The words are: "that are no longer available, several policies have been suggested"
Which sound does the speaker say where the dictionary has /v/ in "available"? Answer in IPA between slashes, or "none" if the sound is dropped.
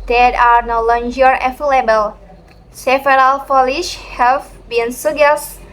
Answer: /f/